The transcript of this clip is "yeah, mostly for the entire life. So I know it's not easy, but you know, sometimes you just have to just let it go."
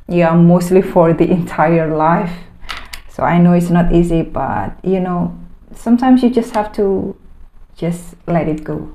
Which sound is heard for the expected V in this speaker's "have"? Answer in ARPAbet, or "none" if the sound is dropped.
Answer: F